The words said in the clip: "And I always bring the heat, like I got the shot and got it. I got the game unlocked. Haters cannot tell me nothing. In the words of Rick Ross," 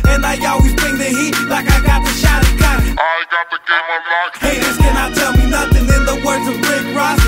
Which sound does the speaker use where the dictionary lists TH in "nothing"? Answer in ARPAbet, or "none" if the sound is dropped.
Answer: TH